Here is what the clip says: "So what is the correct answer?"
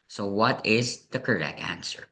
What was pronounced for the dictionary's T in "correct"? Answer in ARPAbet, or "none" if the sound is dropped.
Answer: none